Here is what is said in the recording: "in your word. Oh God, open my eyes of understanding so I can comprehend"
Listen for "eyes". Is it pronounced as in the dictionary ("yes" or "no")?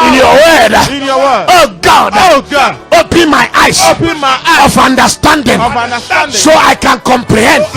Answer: no